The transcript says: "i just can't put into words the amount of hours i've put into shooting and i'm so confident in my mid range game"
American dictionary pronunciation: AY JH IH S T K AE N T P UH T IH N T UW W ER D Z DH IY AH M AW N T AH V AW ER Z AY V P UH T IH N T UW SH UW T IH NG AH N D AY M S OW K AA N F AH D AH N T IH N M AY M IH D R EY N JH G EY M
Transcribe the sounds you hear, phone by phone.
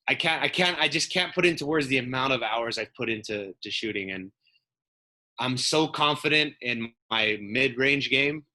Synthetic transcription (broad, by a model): AY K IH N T K AE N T P UH T IH N T UW W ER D Z DH IY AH M AW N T AH V AW ER Z AY V P UH T IH N T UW SH UW T IH NG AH N AY M S OW K AA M F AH D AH N T IH N M AY M IH D R EY N JH G EY M